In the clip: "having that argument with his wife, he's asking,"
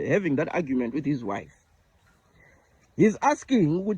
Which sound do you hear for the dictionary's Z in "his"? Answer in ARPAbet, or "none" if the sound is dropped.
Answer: Z